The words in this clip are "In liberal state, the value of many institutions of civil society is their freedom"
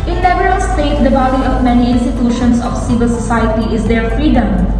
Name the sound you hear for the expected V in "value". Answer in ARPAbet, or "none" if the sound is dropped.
B